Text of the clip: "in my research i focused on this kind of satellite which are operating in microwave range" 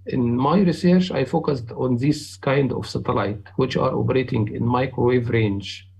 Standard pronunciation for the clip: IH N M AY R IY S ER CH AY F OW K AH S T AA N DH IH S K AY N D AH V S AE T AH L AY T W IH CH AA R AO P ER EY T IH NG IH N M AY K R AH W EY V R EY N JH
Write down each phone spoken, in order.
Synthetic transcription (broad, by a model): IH N M AY R IY S ER CH AY F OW K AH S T AA N DH IH S K AY N D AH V S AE T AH L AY T W IH CH AA R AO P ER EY T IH NG IH N M AY K R AH W EY V R EY N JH